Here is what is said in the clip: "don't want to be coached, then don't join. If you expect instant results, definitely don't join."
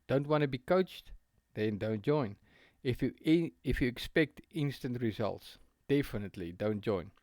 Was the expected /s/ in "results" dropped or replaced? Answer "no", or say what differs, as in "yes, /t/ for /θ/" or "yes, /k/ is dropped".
no